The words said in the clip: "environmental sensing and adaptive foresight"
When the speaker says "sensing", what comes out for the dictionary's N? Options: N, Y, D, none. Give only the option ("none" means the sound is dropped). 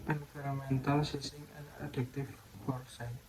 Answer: none